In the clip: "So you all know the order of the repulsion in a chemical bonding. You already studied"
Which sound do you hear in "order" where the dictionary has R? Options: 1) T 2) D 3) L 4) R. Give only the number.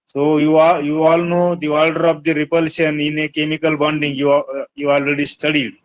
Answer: 3